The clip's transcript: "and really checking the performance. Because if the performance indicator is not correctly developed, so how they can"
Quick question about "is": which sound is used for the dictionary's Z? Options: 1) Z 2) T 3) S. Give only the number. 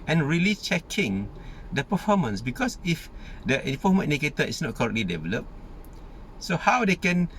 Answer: 3